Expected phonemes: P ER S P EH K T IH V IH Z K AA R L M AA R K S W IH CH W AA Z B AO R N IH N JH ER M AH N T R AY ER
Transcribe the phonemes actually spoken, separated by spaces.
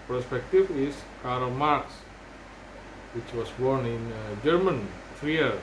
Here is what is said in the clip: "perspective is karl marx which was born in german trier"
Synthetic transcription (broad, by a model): P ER S P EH K T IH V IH S K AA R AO M AA R K S W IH CH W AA S B AO R N IH N JH ER M AH N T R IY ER